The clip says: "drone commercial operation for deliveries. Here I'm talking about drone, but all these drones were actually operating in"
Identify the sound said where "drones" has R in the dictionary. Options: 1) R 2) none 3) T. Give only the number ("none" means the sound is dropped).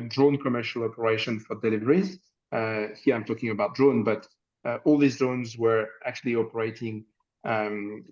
2